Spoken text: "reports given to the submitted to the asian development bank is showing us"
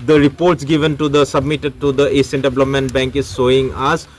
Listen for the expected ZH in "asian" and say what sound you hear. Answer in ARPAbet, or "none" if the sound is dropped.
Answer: S